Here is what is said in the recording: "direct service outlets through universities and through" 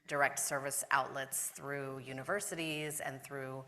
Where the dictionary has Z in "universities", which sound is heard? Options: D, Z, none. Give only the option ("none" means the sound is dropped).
Z